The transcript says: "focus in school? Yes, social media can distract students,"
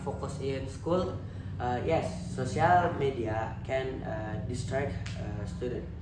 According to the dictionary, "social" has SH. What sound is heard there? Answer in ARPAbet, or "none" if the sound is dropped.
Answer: none